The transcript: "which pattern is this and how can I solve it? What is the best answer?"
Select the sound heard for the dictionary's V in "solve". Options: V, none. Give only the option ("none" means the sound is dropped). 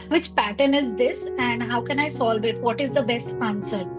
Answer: V